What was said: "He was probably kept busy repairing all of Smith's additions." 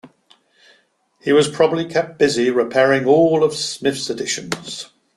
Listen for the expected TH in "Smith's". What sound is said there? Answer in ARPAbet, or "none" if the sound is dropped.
F